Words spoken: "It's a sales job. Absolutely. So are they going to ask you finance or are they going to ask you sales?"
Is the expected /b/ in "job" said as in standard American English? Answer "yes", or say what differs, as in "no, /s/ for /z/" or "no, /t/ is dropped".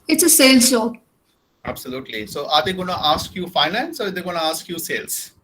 no, /b/ is dropped